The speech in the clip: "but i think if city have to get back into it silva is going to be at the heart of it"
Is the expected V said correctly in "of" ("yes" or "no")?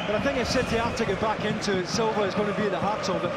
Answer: no